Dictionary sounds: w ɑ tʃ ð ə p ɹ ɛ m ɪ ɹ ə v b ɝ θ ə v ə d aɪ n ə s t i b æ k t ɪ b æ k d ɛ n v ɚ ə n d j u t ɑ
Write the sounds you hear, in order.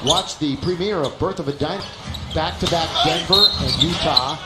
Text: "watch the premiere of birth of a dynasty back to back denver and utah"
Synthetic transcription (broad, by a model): w ɑ tʃ ð ə p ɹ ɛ m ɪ ɹ ə v b ɝ θ ə v ə d aɪ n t b æ k t ɪ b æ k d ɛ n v ɚ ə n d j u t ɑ